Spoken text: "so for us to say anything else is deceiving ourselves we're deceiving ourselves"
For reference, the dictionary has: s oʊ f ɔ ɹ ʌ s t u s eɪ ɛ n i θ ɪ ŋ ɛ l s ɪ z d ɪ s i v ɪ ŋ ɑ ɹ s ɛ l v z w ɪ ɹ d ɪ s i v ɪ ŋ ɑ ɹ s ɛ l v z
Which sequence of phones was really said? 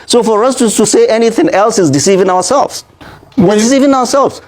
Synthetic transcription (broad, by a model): s oʊ f ɔ ɹ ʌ s t u s eɪ ɛ n i θ ɪ ŋ ɛ l s ɪ z d ɪ s i v ɪ ŋ ɑ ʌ s ɛ l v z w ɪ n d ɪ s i v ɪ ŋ ɑ ɹ s ɛ l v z